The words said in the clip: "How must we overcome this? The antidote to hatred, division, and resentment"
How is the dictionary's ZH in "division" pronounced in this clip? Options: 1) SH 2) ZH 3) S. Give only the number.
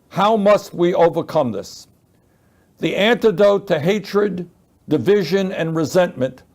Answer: 2